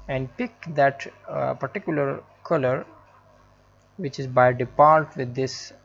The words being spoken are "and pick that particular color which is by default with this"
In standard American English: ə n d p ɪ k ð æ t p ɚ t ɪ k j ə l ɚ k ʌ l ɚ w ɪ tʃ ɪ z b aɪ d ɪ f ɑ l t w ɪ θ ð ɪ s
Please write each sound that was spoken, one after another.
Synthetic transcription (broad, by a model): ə n d p ɪ k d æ t p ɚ t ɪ k j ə l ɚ k ʌ l ɚ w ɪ tʃ ɪ z b aɪ d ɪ p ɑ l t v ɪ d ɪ s